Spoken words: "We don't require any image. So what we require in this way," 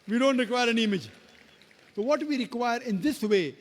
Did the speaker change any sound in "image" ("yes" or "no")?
no